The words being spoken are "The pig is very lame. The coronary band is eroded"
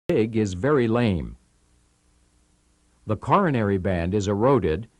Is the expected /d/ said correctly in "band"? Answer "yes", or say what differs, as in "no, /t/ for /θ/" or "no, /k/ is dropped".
yes